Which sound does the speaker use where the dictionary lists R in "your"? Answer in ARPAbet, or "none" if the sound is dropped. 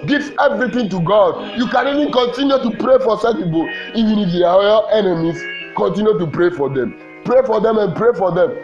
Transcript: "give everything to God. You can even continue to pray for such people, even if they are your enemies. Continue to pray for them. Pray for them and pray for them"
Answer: L